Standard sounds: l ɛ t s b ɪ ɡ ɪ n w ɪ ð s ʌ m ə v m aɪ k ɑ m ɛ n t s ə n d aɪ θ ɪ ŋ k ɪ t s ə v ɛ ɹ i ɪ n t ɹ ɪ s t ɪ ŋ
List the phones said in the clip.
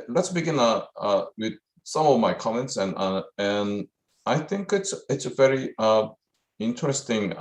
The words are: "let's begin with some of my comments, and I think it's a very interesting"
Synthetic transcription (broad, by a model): l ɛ t s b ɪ ɡ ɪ n w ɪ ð s ʌ m ə v m aɪ k ɑ m ɛ n t s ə n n aɪ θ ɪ ŋ k ɪ t s ə v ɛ ɹ i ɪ n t ɹ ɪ s t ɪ ŋ